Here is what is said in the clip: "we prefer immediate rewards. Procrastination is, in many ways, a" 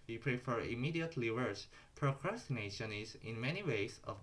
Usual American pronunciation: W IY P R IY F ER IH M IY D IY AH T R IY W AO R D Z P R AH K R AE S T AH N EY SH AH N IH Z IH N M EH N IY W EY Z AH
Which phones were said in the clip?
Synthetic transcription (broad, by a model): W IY P R IY F ER IH M IY D IY AH T L IY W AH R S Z P R AH K R AE S T AH N EY SH AH N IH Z IH N M EH N IY W EY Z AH